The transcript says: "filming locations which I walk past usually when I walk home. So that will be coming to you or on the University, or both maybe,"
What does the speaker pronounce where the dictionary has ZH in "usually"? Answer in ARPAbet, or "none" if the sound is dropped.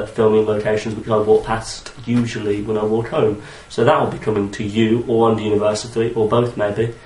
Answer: ZH